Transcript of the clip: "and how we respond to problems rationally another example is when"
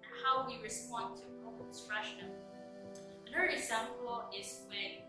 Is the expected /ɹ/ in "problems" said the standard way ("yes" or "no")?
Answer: no